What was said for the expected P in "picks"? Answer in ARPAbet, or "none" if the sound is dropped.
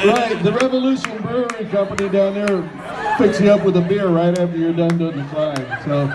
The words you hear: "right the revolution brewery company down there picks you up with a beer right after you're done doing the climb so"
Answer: F